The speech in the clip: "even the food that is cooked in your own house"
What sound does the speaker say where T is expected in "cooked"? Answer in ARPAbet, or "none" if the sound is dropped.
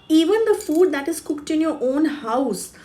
T